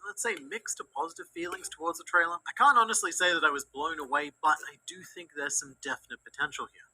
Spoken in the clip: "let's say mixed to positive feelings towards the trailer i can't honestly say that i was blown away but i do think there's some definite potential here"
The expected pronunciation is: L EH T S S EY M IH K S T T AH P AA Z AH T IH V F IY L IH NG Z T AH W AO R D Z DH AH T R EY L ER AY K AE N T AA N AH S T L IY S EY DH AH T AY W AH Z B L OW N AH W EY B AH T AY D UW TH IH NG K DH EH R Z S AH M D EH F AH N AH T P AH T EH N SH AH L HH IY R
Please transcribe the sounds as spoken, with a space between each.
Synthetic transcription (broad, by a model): L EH T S S EY M IH K S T T AH P AA Z AH T IH V F IY L IH NG Z T AH W AO R D Z DH AH T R EY L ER AY K AE N T AA N AH S T L IY S EY DH AH T AY W AH Z B L OW N AH W EY B AH T AY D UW TH IH NG K DH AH R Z S AH M D EH F AH N AH T P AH T EH N SH L HH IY R